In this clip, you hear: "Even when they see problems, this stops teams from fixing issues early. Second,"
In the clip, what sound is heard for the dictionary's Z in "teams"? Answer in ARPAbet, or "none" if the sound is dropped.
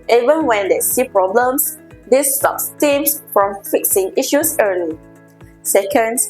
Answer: S